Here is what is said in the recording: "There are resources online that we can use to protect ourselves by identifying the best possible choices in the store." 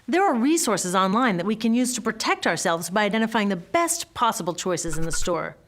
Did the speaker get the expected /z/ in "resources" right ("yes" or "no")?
yes